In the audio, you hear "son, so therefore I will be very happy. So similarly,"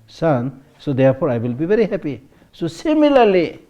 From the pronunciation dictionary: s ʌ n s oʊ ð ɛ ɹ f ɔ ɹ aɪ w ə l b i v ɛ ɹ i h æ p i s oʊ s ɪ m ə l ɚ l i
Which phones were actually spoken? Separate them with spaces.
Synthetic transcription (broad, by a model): s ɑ n s oʊ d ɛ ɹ p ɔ ɹ aɪ w ə l b i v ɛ ɹ i h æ p i s oʊ s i m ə l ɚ l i